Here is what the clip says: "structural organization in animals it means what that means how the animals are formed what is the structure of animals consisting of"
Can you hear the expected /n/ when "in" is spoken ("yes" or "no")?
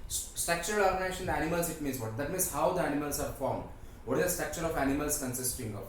no